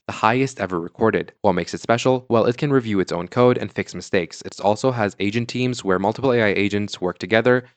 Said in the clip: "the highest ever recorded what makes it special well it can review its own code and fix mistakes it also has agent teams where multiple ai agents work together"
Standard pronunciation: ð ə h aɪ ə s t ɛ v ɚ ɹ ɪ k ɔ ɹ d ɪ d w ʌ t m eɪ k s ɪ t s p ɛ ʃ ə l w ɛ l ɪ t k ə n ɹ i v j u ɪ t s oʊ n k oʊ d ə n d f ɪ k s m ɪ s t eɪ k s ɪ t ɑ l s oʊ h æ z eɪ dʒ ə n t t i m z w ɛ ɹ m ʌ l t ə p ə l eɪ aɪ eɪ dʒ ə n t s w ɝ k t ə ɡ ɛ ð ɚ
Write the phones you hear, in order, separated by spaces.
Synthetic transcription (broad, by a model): ð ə h aɪ ə s t ɛ v ɚ ɹ ɪ k ɔ ɹ d ɪ d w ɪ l m eɪ k s ɪ t s p ɛ ʃ l w ɛ l ɪ t k ə n ɹ i v j u ɪ t s oʊ n k oʊ d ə n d f ɪ k s m ɪ s t eɪ k s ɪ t ɑ l s oʊ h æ z eɪ dʒ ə n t t i m z w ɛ ɹ m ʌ l t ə p l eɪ aɪ eɪ dʒ ə n t s w ɝ k t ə ɡ ɛ ð ɚ